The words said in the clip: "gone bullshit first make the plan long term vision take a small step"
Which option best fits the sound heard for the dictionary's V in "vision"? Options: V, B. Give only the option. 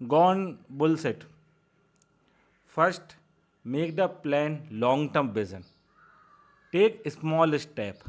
B